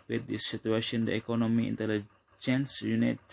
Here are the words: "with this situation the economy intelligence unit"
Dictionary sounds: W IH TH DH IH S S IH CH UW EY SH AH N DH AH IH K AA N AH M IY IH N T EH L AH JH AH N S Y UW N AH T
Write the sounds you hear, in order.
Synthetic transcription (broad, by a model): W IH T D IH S S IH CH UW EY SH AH N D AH IH K AA N AH M IY IH N T EH L AH JH AH N S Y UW N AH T